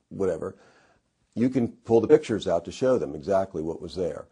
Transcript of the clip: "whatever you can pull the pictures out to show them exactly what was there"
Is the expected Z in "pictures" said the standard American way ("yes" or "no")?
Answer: yes